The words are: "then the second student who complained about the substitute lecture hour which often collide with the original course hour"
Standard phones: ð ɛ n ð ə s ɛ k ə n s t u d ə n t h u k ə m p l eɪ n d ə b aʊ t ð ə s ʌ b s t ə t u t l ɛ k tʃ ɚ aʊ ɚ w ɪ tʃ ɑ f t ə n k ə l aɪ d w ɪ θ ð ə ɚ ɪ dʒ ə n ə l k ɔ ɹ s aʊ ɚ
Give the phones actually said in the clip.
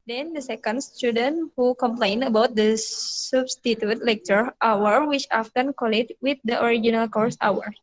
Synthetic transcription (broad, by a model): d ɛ n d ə s ɛ k ə n s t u d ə n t h u k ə m p l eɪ n ə b aʊ t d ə s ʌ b s t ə t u t l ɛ k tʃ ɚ aʊ ɚ w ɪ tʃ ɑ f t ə n k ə l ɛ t w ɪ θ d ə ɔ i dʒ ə n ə l k ɔ ɹ s aʊ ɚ